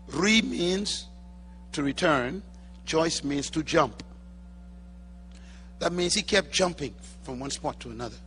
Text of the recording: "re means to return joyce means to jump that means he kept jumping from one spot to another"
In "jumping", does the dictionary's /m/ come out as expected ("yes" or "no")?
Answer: yes